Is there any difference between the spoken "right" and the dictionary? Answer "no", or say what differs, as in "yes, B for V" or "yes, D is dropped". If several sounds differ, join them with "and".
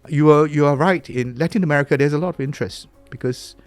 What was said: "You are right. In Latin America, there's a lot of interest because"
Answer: no